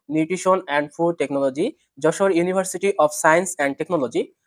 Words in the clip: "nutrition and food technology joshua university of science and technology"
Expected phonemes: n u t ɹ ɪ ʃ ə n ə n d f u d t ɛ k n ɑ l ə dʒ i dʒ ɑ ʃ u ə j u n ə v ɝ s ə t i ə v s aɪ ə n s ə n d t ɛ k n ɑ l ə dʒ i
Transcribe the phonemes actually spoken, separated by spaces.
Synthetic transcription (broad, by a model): n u t ɹ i ʃ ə n ə n d f u d t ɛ k n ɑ l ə dʒ i dʒ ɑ ʃ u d j u n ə b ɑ s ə t i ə p s aɪ ə n s ə n d t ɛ k n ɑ l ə dʒ i